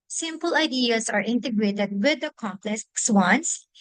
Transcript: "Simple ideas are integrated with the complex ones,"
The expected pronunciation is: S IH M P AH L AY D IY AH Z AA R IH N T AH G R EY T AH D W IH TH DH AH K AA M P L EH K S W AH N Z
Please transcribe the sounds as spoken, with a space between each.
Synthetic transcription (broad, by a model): S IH M P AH L AY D IY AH S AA R IH N T AH G R EY T AH D W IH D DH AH K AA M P L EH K S W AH N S